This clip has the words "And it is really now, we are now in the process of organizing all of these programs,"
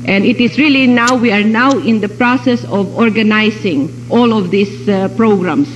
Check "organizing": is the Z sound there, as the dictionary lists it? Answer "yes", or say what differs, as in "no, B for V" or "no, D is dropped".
no, S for Z